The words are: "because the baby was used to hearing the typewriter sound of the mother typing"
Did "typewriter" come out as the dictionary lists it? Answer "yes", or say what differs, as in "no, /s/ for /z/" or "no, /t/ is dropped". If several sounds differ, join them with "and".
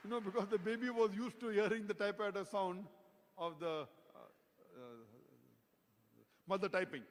no, /ɹ/ is dropped